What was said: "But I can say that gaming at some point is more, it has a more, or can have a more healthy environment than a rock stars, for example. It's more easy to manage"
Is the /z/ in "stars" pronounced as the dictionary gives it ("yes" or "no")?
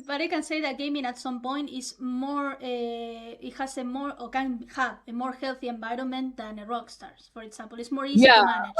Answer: no